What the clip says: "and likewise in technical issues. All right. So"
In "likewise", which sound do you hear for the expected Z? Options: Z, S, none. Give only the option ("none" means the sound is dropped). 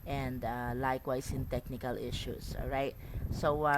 S